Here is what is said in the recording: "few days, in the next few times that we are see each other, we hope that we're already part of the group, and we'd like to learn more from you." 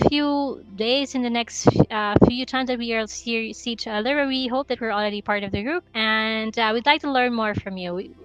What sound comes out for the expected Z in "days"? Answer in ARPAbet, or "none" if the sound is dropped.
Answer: Z